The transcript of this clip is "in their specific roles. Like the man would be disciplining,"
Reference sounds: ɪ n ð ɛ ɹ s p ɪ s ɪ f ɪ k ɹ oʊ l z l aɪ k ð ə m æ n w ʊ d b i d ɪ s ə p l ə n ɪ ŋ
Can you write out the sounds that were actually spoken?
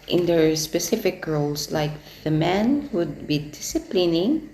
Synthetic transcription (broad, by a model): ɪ n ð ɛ ɹ s p ɪ s ɪ f ɪ k ɹ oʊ l s l aɪ k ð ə m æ n w ʊ d b i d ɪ s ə p l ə n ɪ ŋ